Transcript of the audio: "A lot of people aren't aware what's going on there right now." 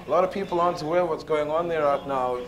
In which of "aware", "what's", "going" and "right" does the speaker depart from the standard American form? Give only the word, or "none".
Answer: none